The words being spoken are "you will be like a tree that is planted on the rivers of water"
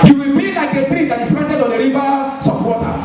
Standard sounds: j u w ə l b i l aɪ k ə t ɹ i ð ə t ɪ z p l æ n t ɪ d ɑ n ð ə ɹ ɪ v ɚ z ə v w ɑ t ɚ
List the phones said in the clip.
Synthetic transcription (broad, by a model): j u w ə l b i l aɪ k ə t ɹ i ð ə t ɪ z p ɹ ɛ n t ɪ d ɑ n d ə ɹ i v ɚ s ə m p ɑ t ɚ